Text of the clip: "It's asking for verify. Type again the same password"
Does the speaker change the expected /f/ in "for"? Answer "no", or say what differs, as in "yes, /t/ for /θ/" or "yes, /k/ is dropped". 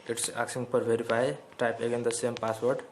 yes, /p/ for /f/